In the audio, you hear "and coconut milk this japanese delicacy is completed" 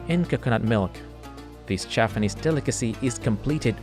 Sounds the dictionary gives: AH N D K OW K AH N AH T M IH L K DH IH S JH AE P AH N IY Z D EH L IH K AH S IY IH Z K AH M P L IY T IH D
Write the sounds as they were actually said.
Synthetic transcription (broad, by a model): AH N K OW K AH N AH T M IH L K DH IH S CH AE F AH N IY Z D EH L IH K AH S IY IH Z K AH M P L IY T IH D